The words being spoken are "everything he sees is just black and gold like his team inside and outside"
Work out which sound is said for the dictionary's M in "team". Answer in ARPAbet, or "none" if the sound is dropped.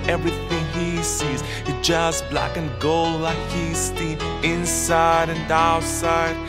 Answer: none